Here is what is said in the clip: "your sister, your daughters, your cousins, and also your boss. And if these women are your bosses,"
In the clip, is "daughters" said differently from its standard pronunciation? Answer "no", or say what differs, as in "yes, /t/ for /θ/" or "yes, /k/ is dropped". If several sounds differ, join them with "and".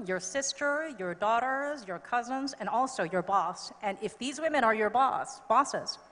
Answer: no